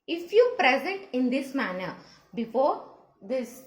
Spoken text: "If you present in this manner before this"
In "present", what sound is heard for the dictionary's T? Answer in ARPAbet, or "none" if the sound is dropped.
T